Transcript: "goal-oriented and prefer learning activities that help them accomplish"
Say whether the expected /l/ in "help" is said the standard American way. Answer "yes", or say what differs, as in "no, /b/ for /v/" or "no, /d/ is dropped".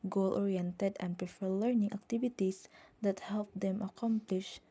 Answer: yes